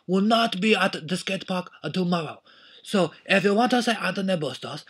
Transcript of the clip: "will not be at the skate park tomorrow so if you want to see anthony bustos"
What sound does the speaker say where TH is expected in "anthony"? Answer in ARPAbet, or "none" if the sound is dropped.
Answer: T